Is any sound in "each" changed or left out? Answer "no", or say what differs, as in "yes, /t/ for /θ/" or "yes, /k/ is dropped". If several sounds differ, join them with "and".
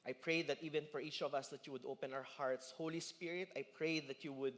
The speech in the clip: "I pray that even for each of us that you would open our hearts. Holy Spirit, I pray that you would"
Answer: no